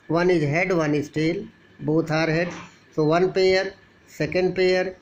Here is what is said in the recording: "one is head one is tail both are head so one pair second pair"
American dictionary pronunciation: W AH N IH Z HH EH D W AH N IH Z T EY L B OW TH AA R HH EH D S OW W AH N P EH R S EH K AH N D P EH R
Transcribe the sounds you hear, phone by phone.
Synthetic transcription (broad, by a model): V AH N IH Z HH EH D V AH N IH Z T EY L B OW T AA R HH EH D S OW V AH N P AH R S EH K AH N D P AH R